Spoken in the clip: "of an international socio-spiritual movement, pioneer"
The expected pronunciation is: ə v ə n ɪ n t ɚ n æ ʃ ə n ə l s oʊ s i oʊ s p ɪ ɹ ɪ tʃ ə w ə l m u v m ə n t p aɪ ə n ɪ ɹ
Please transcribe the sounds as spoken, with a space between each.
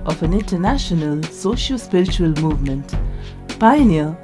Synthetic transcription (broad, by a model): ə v ə n ɪ n t ɚ n æ ʃ ə n ə l s oʊ ʃ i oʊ s p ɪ ɹ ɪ tʃ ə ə l m u v m ə n t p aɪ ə n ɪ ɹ